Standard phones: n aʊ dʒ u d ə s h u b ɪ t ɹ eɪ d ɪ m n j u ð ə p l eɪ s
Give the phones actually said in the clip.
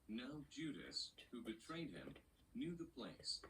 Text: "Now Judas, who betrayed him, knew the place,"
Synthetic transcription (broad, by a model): n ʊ dʒ u d ə s h u b ɪ t ɹ eɪ d ɪ m n j u ð ə p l eɪ s